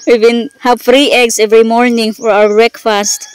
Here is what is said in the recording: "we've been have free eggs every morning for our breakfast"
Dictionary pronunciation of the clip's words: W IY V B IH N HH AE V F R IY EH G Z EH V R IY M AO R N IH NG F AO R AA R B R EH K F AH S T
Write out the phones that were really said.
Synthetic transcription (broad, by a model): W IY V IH N HH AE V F R IY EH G S EH V R IY M AO R N IH NG F AO R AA W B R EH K F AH S T